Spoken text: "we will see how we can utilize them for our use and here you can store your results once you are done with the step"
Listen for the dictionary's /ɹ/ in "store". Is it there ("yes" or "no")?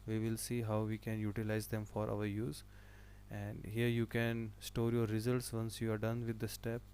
yes